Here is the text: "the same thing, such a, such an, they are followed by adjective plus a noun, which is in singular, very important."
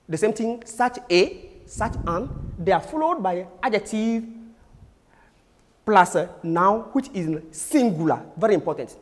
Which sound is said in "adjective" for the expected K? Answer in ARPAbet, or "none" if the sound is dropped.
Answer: none